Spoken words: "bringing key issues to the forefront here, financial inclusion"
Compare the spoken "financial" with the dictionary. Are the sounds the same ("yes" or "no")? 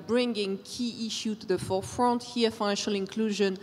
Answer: yes